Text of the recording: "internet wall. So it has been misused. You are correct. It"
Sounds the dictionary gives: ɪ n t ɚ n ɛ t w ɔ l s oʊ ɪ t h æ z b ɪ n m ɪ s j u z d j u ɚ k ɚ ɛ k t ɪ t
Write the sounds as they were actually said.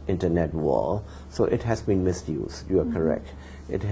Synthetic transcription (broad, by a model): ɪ n t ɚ n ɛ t w ɔ l s oʊ ɪ t h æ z b ɪ n m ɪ s j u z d j u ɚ k ɚ ɛ k t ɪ t